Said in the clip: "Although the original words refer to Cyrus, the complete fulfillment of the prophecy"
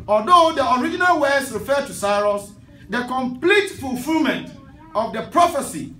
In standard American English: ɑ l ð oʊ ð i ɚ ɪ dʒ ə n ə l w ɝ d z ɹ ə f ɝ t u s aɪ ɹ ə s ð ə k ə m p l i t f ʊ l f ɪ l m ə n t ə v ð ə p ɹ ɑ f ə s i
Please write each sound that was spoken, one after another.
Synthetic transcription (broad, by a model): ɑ l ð oʊ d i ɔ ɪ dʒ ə n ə l w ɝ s ɹ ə f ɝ t u s aɪ ɹ ə s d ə k ə m p l i t f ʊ l f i l m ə n t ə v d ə p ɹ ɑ f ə s i